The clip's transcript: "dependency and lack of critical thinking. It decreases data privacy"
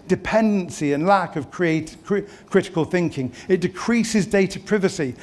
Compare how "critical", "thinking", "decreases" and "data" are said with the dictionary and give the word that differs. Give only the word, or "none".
none